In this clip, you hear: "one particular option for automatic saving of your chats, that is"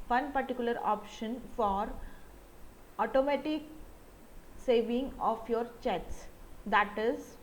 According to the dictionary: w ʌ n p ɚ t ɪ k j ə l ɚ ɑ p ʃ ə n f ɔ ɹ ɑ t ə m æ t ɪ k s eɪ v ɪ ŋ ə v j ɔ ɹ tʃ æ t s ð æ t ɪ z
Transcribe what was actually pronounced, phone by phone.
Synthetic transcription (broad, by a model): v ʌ n p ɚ t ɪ k j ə l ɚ ɑ p ʃ ə n f ɔ ɹ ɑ t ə m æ t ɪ k s eɪ v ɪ ŋ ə f j ɔ ɹ tʃ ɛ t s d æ t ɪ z